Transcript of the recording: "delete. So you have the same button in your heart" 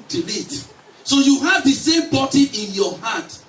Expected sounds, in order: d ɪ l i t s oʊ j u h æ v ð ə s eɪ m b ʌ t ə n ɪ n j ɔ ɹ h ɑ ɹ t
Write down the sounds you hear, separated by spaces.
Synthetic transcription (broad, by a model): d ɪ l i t s oʊ j u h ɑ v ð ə s eɪ m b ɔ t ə ɪ n j ɔ h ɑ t